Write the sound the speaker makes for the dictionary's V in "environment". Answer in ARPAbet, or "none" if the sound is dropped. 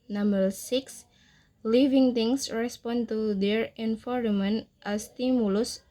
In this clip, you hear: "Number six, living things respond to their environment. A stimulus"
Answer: F